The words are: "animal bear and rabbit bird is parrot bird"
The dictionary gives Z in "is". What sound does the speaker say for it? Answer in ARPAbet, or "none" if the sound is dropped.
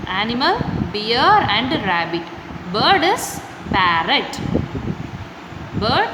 S